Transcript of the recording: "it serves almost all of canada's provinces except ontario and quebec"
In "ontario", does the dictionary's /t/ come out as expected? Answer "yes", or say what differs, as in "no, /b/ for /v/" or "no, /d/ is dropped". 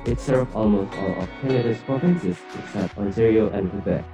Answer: no, /s/ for /t/